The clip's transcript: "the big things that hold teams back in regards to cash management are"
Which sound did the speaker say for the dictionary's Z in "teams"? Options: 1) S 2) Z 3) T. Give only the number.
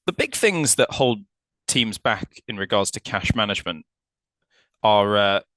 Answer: 2